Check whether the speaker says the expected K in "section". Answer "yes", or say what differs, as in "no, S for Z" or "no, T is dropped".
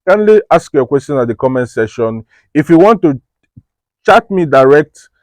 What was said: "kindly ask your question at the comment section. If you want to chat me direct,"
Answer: no, K is dropped